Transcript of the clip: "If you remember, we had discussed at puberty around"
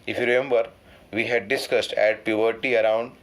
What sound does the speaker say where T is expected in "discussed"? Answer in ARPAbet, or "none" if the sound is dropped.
T